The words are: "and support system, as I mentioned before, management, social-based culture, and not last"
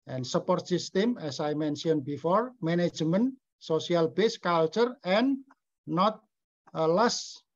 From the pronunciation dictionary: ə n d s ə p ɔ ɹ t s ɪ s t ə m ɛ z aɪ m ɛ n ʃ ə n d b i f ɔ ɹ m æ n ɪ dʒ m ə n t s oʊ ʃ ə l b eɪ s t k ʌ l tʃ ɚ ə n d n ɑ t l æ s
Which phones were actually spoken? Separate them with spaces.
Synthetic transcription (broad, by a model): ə n s ə p ɔ ɹ t s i s t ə m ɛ s aɪ m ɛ n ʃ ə n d b i f ɔ ɹ m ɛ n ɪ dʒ m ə n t s oʊ s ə l b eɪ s k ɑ l tʃ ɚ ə n n ɑ t l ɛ s